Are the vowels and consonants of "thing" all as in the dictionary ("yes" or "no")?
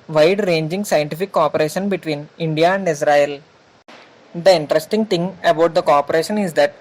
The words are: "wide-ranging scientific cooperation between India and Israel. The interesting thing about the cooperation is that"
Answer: no